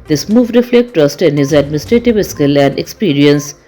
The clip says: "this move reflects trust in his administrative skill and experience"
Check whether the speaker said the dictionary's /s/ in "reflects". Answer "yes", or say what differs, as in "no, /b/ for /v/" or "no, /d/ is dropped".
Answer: no, /s/ is dropped